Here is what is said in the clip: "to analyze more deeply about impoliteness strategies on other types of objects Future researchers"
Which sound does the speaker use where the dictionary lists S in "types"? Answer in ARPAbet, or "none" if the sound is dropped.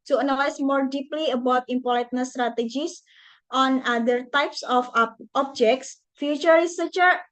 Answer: S